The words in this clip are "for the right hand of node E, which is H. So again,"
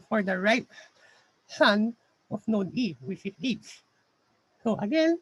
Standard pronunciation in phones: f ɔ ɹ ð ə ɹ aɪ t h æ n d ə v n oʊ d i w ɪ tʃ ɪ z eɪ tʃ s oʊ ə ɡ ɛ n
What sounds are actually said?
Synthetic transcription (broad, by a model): f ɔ ɹ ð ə ɹ aɪ t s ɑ n ə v n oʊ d i w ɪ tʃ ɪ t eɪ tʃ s oʊ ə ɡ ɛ n